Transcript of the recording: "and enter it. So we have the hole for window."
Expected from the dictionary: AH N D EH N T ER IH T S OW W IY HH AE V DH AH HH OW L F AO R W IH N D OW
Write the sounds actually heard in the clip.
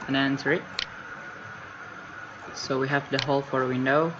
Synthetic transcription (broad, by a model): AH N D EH N S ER IH T S OW W IY HH AE V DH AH HH OW L F AO R W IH N D OW